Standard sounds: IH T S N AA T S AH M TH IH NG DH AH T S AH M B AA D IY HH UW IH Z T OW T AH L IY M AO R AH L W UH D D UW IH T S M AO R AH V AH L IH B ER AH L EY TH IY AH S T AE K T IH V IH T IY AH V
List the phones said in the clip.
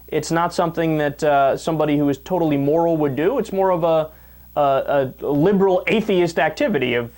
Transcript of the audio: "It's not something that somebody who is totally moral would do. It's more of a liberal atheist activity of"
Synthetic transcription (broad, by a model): IH T S N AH T S AH M TH IH NG DH AH T S AH M B AA D IY HH UW IH Z T OW T L IY M AO R L W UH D D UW IH T S M AO R AH V AH L IH B ER L EY TH IY AH S T AE K T IH V IH T IY AH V